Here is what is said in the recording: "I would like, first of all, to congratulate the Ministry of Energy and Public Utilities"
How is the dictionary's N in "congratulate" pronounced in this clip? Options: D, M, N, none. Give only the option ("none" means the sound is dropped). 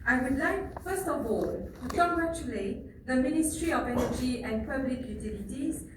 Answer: none